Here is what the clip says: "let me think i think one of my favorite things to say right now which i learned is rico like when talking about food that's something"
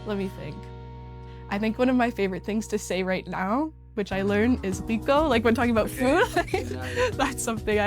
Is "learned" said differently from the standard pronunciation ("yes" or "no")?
yes